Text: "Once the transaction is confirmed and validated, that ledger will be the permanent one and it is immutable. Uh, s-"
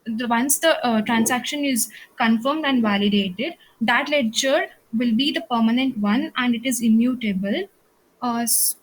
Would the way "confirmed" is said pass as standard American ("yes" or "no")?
yes